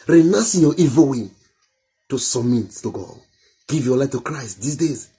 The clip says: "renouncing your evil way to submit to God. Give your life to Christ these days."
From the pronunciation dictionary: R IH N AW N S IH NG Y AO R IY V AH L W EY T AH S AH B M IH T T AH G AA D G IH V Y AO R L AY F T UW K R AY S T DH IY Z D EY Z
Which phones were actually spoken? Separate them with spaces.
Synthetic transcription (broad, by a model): R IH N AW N S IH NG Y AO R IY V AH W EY T AH S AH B M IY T T AH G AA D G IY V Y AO L AY F T UW K R AY S T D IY S D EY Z